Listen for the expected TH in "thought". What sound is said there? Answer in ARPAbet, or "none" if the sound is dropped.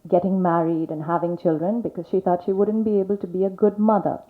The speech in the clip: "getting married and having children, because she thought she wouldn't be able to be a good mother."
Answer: TH